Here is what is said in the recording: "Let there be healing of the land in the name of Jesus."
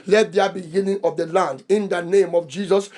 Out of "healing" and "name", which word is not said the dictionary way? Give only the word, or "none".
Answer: healing